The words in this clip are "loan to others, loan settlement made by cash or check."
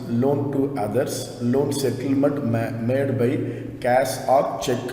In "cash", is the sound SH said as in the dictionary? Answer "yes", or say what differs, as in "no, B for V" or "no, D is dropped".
no, S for SH